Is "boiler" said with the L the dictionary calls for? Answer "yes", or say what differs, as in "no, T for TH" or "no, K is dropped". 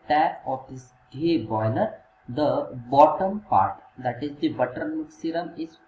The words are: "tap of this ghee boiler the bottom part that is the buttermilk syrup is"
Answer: no, N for L